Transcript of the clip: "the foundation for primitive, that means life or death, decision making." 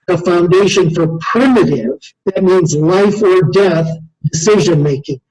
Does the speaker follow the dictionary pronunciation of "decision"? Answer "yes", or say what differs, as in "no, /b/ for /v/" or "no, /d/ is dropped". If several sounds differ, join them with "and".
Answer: yes